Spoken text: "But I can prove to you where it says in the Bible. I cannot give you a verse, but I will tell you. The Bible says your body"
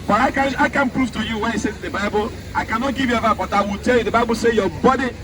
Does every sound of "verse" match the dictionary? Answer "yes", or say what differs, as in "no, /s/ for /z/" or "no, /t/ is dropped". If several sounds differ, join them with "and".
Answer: no, /s/ is dropped